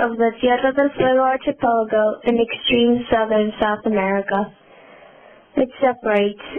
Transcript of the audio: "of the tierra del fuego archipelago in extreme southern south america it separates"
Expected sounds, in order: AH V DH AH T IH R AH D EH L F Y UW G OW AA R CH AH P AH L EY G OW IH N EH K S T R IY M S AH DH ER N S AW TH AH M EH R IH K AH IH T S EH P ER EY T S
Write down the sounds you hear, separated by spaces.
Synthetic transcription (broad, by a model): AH V DH AH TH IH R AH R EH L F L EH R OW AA R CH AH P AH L G OW IH N EH K S T R IY M S AH DH ER N S AW TH AH M EH R IH K AH IH T S EH P ER EY T S